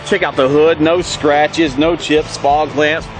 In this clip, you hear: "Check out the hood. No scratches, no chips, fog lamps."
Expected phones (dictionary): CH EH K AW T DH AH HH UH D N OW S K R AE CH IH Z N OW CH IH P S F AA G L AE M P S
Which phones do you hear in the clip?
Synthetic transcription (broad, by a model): CH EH K AW T DH AH HH UH D N OW S K R AE CH IH Z N OW CH IH P S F AA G L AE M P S